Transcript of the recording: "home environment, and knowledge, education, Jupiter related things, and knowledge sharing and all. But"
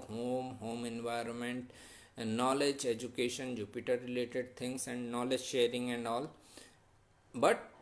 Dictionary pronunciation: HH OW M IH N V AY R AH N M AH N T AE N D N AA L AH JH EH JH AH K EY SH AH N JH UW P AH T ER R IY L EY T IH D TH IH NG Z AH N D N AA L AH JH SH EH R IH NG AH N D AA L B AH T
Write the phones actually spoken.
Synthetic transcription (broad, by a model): HH OW M IH N V AY R AH N M AH N T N N AA L AH JH EH JH AH K EY SH AH N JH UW P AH T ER R IY L EY T IH D T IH NG S AH N D N AA L AH JH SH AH R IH NG AH N D AA L B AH T